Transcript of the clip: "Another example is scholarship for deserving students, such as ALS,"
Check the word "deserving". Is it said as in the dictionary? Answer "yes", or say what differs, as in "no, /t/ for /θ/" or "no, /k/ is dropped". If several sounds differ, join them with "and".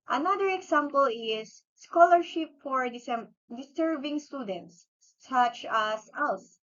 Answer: no, /s/ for /z/